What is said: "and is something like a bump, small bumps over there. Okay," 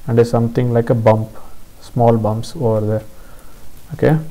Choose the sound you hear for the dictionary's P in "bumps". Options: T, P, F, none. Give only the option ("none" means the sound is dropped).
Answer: P